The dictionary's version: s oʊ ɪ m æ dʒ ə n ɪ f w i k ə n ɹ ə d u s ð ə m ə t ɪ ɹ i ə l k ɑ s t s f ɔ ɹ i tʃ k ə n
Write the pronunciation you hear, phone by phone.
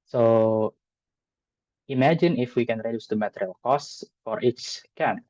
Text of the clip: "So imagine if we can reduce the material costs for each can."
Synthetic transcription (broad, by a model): s oʊ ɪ m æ dʒ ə n ɪ f w i k ə n ɹ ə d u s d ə m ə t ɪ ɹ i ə l k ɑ s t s f ɔ ɹ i s k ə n